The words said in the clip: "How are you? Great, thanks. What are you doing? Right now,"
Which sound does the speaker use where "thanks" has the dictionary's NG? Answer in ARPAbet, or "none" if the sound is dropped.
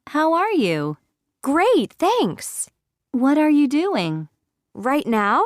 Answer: NG